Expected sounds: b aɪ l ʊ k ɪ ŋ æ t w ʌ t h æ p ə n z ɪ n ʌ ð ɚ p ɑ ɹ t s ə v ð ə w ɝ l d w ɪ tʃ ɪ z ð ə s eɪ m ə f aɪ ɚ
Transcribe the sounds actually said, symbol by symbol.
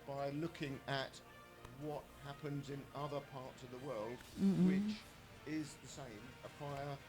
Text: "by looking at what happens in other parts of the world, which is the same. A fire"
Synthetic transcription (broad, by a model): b aɪ l ʊ k ɪ ŋ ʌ t w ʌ t h æ p ə n z ɪ n ʌ ð ɚ p ɑ ɹ t s ə v ð ə w ɝ l d w ɪ tʃ ɪ z ð ə s eɪ m ə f aɪ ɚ